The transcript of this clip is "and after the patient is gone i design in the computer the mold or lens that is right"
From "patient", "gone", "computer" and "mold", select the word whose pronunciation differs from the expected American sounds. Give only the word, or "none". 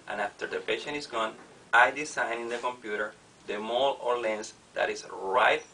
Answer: mold